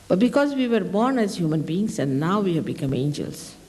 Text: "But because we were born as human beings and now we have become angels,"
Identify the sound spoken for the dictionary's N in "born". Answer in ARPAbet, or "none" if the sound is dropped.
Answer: N